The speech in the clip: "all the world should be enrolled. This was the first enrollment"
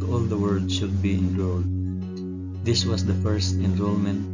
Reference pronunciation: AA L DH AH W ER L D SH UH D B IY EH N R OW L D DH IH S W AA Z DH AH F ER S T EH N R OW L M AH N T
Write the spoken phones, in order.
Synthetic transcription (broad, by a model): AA L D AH W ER D SH UH D B IY EH N R OW L D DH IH S W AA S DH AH F ER S T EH N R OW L M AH N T